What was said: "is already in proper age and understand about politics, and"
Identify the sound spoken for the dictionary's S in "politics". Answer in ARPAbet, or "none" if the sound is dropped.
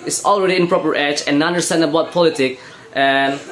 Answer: none